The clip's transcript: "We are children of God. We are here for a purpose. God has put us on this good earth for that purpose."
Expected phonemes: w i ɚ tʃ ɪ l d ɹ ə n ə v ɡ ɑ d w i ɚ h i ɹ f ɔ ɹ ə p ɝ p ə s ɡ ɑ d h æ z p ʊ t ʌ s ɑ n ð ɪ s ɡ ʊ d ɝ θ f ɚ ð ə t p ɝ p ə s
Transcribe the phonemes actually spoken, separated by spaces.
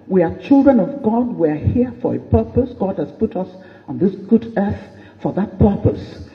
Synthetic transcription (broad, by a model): w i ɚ tʃ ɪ l d ɹ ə n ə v ɡ ɑ d w i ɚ h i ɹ f ɔ ɹ ə p ɝ p ə s ɡ ɑ d h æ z p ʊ t ʌ s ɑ n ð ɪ s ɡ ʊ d ɝ θ f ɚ ð ə t p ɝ p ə s